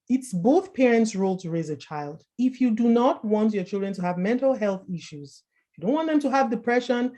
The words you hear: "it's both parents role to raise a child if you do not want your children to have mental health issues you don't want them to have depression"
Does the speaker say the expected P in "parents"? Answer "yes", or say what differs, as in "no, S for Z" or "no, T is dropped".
yes